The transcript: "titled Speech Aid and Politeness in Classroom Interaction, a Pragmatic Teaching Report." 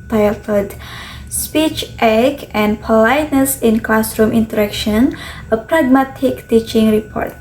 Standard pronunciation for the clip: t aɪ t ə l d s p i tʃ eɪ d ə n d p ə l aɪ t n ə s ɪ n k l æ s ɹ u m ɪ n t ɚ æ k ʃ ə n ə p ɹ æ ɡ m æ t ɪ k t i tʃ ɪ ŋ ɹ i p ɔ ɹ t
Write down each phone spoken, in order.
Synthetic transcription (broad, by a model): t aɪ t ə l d s p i tʃ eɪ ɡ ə n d p ə l aɪ t n ə s ɪ n k l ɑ s ɹ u m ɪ n t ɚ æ k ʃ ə n ə p ɹ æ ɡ m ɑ t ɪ k t i tʃ ɪ ŋ ɹ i p ɔ ɹ t